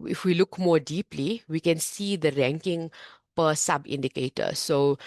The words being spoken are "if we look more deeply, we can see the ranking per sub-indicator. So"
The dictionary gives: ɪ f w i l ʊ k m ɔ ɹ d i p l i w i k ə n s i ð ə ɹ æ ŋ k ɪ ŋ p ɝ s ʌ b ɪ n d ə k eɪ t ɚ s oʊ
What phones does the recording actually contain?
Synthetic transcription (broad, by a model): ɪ f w i l ʊ k m ɔ ɹ d i p l i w i k ə n s i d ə ɹ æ ŋ k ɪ ŋ p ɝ s ʌ b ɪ n d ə k eɪ t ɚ s oʊ